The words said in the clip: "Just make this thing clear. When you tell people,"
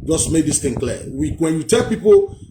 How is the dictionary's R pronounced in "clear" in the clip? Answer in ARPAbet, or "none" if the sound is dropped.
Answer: W